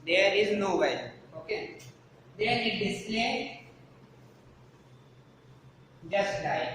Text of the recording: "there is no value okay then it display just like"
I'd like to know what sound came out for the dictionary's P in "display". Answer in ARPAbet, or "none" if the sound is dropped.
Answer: none